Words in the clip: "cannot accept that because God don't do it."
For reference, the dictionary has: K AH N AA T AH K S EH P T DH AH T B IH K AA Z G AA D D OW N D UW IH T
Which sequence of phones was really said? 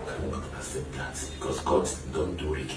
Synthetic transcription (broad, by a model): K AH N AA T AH S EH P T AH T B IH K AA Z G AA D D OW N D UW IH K